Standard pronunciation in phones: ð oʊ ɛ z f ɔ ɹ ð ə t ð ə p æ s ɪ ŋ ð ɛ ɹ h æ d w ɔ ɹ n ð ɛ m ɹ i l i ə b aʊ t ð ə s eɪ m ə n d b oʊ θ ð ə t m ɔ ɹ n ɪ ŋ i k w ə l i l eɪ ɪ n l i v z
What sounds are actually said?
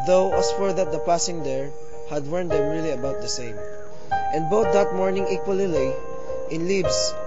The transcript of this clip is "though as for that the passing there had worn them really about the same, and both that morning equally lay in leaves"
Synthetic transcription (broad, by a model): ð oʊ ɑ s f ɔ ɹ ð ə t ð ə p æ s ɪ ŋ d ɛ ɹ h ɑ d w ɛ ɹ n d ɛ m ɹ i l i ə b aʊ t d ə s eɪ m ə n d b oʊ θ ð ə t m ɔ ɹ n ɪ ŋ i k w ə l i l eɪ ɪ n l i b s